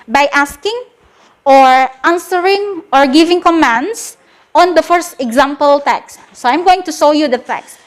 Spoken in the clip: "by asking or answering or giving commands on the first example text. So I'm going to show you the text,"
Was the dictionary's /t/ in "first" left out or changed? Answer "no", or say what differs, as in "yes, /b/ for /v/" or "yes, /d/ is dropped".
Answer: no